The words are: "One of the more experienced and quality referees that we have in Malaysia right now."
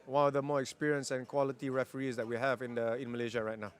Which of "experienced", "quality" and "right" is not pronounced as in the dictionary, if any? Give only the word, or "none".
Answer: experienced